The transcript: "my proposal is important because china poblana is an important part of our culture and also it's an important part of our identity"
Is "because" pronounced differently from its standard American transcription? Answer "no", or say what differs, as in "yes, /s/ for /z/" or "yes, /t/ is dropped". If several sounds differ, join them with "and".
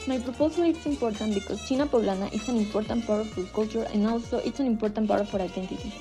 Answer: yes, /s/ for /z/